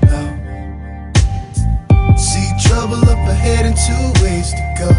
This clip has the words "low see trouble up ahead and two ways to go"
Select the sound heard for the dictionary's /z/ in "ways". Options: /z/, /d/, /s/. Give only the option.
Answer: /s/